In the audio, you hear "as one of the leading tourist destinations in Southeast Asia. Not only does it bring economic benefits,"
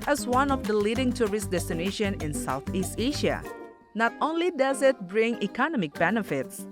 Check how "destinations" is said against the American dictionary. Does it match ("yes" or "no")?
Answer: no